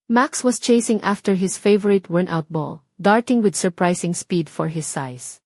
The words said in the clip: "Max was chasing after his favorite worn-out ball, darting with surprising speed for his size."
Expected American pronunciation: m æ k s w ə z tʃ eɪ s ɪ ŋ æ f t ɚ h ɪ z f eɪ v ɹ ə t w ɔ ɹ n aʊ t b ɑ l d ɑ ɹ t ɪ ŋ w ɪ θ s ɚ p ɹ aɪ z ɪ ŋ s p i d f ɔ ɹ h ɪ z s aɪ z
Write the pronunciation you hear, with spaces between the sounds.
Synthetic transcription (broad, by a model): m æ k s w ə s tʃ eɪ s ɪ ŋ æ f t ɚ h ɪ s f eɪ v ɹ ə t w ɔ ɹ n aʊ t b ɑ l d ɑ ɹ t ɪ ŋ w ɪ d s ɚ p ɹ aɪ s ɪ ŋ s p i d f ɔ ɹ h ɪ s aɪ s